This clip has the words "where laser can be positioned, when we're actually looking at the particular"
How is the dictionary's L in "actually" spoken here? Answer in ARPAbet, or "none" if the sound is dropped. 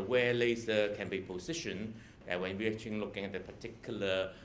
none